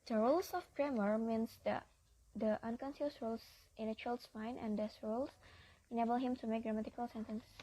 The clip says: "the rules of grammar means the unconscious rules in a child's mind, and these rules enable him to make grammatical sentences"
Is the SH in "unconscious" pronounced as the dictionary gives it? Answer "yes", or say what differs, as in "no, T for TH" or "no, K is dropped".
no, S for SH